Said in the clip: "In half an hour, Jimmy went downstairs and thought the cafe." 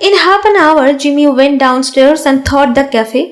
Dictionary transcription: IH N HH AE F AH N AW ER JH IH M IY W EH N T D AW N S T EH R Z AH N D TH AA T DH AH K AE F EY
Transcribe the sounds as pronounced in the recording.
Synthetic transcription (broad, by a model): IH N HH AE P AH N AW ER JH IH M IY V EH N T D AW N S T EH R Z AH N D T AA T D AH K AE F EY